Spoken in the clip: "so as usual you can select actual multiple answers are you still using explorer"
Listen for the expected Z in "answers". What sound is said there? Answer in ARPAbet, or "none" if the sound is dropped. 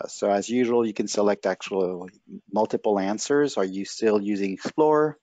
Z